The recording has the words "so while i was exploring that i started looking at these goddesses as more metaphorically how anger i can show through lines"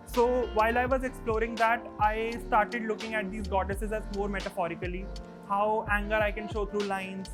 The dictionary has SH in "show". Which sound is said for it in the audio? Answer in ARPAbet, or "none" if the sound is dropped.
SH